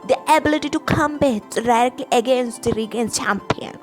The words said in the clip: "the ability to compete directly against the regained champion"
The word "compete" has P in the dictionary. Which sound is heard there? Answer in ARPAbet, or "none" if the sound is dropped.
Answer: B